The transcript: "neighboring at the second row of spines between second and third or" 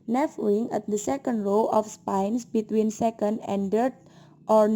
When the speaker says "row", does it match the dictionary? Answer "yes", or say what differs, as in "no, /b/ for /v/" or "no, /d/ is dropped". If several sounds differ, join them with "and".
no, /l/ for /ɹ/